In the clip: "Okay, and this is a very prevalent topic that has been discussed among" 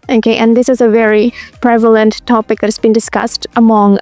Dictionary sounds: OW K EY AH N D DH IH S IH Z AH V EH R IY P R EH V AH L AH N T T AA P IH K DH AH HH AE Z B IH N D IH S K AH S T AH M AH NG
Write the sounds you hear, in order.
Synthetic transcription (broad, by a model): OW K EY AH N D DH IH S IH Z AH V EH R IY P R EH V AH L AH N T T AA P IH K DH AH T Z B IH N D IH S K AH S T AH M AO NG